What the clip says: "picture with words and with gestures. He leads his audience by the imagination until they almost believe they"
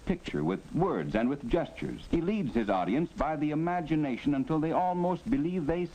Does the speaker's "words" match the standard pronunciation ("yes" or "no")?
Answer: yes